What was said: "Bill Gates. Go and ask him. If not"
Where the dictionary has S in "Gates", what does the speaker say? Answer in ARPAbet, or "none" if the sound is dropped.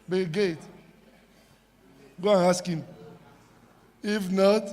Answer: none